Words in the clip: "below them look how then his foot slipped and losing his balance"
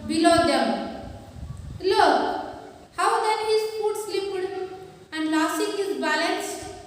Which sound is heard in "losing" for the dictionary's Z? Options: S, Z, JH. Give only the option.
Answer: S